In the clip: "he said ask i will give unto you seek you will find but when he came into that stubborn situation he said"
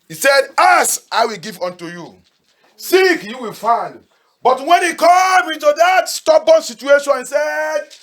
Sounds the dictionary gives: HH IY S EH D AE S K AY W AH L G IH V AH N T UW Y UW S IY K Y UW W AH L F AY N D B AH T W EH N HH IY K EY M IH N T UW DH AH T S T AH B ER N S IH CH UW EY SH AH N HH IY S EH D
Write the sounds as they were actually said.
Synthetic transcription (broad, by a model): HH IY S EH D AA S AY W AH L G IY V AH N T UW Y UW S IY K Y UW W AH L F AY N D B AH T W EH N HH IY K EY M IH N T UW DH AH T S T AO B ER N S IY CH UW EY SH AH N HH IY S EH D